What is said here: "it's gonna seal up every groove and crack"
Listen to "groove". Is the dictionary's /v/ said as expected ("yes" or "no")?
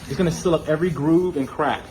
yes